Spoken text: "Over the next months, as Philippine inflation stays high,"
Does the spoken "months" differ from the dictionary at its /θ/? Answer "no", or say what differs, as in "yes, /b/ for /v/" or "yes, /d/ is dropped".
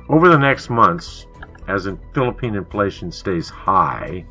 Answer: no